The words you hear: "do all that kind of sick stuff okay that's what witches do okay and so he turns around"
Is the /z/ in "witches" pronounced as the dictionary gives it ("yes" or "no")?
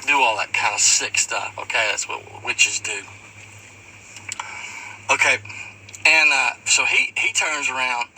yes